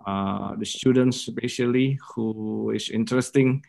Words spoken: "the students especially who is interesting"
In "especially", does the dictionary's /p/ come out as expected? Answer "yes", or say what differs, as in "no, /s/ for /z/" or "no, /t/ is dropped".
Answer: no, /p/ is dropped